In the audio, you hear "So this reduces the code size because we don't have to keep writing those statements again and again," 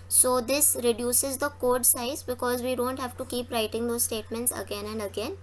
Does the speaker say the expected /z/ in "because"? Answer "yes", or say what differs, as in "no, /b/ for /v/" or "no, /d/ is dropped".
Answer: yes